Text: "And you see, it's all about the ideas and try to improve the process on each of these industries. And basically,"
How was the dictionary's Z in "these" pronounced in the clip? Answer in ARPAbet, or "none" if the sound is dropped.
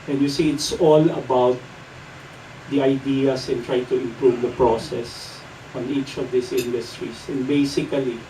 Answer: S